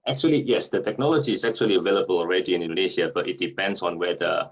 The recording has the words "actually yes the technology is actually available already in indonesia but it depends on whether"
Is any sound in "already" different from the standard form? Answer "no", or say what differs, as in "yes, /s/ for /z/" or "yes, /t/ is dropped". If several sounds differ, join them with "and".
no